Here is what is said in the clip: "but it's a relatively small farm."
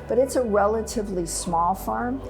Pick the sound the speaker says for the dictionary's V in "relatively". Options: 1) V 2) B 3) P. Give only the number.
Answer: 1